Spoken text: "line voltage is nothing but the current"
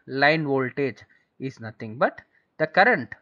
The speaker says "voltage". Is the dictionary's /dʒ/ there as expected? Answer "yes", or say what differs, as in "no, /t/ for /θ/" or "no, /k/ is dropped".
yes